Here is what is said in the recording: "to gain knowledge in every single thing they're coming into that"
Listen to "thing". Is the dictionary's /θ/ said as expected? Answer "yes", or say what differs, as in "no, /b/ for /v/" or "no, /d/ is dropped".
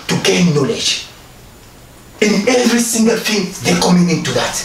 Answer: no, /f/ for /θ/